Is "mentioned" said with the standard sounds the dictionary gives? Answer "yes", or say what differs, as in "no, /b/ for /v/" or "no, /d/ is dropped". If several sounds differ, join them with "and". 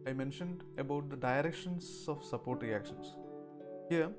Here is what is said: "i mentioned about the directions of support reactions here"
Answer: yes